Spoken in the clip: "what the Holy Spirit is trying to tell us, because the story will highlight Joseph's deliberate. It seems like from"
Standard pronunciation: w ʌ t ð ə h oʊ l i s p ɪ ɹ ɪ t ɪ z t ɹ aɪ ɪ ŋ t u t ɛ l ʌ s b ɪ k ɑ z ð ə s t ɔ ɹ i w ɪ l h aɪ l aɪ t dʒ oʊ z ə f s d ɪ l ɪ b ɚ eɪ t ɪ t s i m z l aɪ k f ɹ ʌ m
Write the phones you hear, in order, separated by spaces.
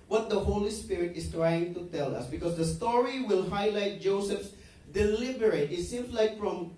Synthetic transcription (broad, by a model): w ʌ t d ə h oʊ l i s p ɪ ɹ ɪ t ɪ s t ɹ aɪ ɪ ŋ t u t ɛ l ʌ s b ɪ k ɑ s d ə s t ɔ ɹ i w ɪ l h aɪ l aɪ t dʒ oʊ s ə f s d ɪ l ɪ b ɚ eɪ t ɪ t s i m s l aɪ k f ɹ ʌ m